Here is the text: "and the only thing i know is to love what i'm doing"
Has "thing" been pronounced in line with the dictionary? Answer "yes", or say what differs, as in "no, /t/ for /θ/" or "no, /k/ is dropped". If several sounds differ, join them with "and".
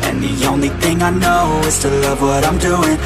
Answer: yes